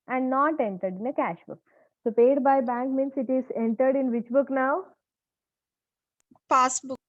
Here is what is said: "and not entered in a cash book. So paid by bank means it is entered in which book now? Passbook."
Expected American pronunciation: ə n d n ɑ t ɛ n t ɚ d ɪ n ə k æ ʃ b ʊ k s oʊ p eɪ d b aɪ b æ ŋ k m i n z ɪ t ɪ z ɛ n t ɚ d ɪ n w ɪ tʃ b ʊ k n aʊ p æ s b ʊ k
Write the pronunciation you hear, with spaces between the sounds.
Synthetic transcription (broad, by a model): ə n d n ɑ t ɛ n t ɚ d ɪ n ə k æ ʃ b ʊ k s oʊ p eɪ d b aɪ b æ ŋ k m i n s ɪ t ɪ z ɛ n t ɚ d ɪ n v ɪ tʃ b ʊ k n aʊ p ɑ s b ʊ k